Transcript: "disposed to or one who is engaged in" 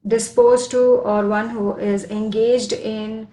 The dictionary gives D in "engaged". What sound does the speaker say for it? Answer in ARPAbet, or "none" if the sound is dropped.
D